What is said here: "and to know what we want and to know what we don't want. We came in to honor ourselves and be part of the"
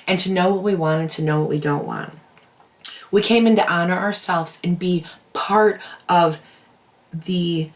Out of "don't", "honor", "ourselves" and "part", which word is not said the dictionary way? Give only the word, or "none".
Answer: none